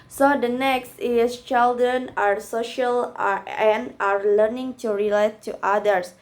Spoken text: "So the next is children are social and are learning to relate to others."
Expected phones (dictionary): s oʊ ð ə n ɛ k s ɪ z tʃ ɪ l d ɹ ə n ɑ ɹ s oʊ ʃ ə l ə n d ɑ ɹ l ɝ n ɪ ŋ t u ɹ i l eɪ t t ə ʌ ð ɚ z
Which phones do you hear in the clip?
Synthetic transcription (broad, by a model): s oʊ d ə n ɛ k s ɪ s tʃ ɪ l d ɹ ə n ɑ ɹ s oʊ ʃ ə l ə n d ɑ ɹ l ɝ n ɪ ŋ t u ɹ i l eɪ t t ə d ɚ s